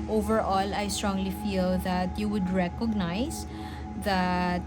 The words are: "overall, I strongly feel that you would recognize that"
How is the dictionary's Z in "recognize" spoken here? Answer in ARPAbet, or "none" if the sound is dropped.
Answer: S